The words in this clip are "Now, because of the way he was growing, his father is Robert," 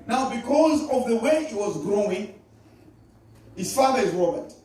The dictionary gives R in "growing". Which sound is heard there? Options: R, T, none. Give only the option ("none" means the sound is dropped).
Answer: R